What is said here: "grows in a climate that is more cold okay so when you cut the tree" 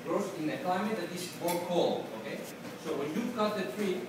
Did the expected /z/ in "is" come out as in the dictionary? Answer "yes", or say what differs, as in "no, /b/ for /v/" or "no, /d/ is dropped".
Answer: no, /s/ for /z/